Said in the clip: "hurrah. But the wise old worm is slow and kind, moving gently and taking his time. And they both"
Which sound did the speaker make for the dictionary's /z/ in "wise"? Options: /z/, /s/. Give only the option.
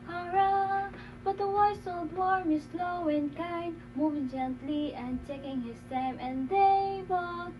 /s/